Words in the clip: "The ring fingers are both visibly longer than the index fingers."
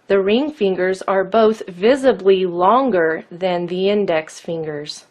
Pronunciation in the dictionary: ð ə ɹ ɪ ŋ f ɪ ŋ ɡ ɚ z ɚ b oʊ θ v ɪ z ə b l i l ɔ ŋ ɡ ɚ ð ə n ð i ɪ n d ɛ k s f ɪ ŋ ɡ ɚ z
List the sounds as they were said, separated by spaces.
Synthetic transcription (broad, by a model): ð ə ɹ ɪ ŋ f ɪ ŋ ɡ ɚ z ɚ b oʊ θ v ɪ z ə b l i l ɔ ŋ ɡ ɚ ð ə n ð i ɪ n d ɛ k s f ɪ ŋ ɡ ɚ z